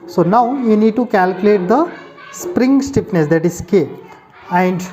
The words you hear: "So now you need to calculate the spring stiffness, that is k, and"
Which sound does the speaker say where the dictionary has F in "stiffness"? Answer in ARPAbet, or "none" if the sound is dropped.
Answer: P